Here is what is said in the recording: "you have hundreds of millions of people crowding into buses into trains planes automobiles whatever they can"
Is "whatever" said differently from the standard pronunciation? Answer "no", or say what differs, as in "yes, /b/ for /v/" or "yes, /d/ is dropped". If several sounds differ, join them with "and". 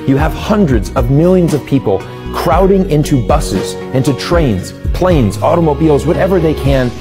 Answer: no